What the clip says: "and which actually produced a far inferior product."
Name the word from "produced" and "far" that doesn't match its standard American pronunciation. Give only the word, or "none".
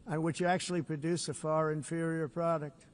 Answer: produced